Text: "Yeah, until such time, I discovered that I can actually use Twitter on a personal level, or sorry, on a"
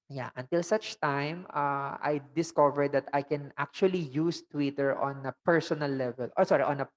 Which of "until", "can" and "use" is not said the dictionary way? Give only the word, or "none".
none